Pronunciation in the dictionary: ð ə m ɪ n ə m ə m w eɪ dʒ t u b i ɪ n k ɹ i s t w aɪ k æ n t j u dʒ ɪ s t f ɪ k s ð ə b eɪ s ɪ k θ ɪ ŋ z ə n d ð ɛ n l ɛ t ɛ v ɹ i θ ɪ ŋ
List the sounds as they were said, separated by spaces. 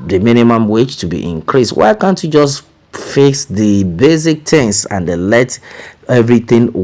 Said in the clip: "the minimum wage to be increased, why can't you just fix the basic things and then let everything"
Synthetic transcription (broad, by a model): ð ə m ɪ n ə m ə m w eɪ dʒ t u b i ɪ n k ɹ i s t w aɪ k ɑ n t j u dʒ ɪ s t f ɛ s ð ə b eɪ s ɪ k t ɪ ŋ s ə n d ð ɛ l ɛ t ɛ v ɹ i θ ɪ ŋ